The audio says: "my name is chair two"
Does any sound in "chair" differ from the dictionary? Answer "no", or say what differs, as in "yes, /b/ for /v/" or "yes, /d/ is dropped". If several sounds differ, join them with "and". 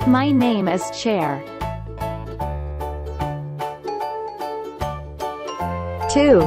no